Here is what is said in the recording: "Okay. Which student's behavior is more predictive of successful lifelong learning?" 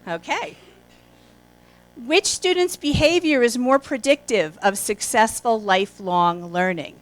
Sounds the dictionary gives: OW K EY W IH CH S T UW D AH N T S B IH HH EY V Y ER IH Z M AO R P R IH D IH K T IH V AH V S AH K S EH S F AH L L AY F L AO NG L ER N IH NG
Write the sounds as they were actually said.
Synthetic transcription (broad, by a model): OW K EY W IH CH S T UW D N T S B IH HH EY V Y ER IH Z M AO R P R IH D IH K T IH V AH V S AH K S EH S F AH L L AY F L AO NG L ER N IH NG